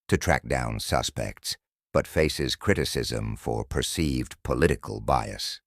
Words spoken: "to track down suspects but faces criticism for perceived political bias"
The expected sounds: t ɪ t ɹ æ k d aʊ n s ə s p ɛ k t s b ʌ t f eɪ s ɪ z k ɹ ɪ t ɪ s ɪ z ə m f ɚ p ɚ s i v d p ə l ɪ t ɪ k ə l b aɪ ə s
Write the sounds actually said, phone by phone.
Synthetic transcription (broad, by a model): t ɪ t ɹ æ k d aʊ n s ə s p ɛ k t s b ʌ t f eɪ s ɪ z k ɹ ɪ t ɪ s ɪ z ə m f ɚ p ɚ s i v d p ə l ɪ t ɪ k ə l b aɪ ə s